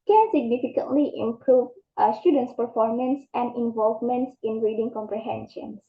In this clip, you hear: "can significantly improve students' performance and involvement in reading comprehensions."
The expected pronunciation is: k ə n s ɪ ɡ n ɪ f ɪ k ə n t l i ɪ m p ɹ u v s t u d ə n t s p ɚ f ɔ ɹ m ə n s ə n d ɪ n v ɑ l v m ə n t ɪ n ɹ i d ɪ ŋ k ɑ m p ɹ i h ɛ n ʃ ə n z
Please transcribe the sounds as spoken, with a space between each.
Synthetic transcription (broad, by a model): k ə n s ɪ ɡ n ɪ f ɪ k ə n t l i ɪ m p ɹ u v s t u d ə n t s p ɚ f ɔ ɹ m ə n s ə n d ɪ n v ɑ l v m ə n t ɪ n ɹ i d ɪ ŋ k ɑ m p ɹ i h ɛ n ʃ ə n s